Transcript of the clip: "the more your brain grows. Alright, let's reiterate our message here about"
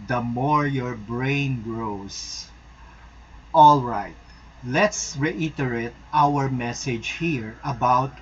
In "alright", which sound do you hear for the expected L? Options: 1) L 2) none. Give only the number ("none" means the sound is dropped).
1